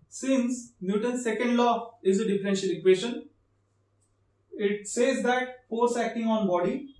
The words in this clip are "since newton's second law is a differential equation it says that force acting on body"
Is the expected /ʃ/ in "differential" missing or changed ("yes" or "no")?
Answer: no